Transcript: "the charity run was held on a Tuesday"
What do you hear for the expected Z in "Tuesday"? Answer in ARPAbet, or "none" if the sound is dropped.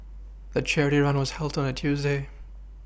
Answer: Z